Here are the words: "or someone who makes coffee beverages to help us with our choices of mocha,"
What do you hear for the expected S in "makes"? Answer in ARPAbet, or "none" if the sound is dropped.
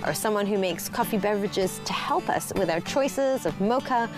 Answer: S